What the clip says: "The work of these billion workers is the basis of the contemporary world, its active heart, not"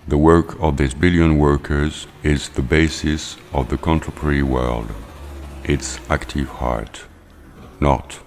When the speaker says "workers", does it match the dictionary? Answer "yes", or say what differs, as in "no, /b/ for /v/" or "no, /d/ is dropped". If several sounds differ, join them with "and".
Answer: yes